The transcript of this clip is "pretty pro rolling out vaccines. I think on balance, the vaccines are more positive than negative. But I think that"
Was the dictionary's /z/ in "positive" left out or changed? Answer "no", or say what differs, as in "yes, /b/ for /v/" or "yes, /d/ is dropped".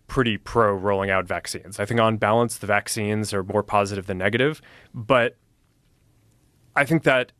no